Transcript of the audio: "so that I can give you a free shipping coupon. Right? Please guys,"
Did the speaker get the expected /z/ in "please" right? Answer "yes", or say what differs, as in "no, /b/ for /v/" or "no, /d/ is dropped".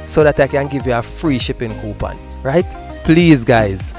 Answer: yes